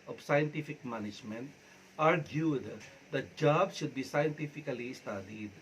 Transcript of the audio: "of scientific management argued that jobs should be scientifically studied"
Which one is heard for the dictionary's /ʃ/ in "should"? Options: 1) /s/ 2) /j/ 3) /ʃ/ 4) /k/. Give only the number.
3